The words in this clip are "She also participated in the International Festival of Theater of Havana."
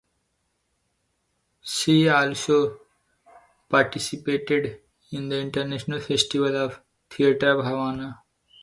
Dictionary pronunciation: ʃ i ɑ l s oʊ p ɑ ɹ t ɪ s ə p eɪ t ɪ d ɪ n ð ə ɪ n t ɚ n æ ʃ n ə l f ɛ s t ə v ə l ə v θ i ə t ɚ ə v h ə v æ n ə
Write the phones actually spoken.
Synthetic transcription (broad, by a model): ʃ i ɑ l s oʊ p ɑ ɹ t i s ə p eɪ t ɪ d ɪ n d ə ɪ n t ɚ n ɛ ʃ n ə l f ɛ s t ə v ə l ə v t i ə t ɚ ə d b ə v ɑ n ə